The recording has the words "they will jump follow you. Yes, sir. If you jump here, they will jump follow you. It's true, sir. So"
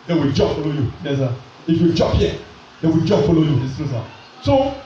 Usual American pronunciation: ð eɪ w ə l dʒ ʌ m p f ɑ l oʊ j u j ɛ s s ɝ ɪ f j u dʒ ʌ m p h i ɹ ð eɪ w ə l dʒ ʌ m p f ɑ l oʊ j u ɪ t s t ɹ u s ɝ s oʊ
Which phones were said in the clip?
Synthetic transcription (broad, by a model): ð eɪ w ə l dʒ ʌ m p f ɑ l oʊ j u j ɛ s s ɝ ɪ f j u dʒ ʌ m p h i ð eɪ w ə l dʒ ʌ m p f ɑ l oʊ j u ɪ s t u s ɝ s oʊ